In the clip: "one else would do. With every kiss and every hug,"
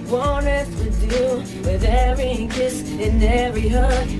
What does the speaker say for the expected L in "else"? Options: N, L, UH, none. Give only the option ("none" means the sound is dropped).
none